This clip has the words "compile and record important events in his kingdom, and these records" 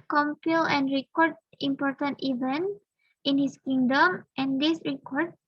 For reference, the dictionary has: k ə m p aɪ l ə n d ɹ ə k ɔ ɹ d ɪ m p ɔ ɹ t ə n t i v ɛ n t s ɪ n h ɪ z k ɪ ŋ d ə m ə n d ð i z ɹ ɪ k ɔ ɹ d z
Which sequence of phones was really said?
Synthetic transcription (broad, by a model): k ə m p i l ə n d ɹ ə k ɔ ɹ d ɪ m p ɔ ɹ t ə n t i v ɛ n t ɪ n h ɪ s k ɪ ŋ d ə m ə n d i s ɹ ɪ k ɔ ɹ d